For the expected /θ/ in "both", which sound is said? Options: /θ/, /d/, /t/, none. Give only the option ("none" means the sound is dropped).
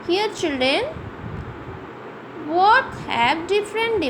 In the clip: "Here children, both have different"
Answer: /t/